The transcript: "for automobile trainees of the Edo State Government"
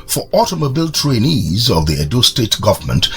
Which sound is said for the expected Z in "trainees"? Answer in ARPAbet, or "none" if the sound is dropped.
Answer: Z